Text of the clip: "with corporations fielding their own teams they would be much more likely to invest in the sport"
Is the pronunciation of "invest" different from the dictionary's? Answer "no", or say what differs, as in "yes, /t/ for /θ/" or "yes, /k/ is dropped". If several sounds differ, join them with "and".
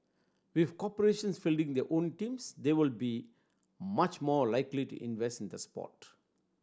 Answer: no